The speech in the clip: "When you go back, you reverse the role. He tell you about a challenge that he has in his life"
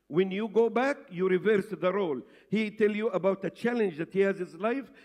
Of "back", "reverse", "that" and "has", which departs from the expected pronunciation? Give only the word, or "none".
none